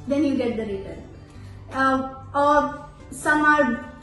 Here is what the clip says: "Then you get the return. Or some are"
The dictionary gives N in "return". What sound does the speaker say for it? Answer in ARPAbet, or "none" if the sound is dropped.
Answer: none